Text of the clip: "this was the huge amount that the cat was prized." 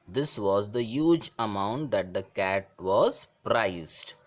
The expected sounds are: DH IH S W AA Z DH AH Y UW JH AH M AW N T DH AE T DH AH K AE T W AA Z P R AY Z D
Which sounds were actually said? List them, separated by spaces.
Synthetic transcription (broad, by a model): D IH S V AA Z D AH Y UW JH AH M AW N T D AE T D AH K AE T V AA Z P R AY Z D